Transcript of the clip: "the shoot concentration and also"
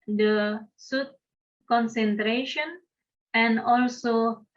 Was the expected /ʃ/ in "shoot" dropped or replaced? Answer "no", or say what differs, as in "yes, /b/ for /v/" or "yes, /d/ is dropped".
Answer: yes, /s/ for /ʃ/